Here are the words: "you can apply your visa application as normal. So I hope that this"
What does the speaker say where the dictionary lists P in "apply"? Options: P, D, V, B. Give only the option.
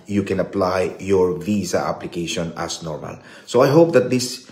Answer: P